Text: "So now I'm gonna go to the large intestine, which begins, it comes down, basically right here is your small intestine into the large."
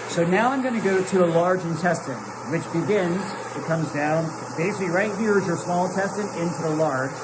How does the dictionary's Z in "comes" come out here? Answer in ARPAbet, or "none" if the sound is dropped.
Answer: Z